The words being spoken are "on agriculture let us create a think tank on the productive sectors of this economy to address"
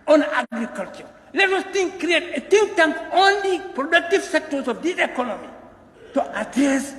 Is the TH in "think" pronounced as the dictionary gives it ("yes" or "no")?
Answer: no